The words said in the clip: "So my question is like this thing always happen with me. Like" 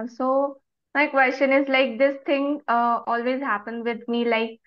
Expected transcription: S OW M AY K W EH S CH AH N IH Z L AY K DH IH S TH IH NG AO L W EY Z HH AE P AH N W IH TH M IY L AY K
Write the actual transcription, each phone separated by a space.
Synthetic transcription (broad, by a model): S OW M AY K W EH S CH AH N IH Z L AY K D IH S T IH NG AO L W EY Z HH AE P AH N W IH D M IY L AY K